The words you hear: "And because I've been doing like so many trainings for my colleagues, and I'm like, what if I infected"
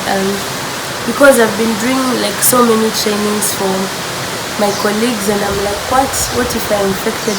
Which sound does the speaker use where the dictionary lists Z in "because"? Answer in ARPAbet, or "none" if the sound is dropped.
Z